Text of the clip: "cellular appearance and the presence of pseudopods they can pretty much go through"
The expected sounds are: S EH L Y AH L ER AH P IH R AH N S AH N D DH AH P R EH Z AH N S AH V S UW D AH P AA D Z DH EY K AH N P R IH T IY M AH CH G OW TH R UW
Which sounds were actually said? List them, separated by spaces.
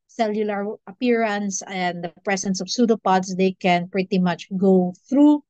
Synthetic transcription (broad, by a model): S EH L Y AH L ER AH P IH R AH N S AH N D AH P R EH S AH N S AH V S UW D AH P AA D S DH EY K AH N P R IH T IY M AH CH G OW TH R UW